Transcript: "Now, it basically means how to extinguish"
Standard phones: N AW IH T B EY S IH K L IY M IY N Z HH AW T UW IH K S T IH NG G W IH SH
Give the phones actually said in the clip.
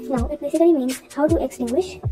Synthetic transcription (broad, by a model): N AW IH T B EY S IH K L IY M IY N Z HH AW T UW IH K S T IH NG G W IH SH